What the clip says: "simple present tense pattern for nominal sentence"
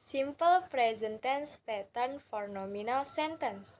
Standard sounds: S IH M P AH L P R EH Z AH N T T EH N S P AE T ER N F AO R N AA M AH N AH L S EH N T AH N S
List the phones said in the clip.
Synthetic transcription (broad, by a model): S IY M P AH L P R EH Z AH N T T EH N S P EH T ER N F AO R N AA M AH N AH L S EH N T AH N S